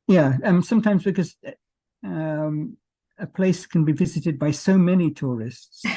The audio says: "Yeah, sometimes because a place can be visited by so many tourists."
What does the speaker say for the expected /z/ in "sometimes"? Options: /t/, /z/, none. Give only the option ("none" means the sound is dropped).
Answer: /z/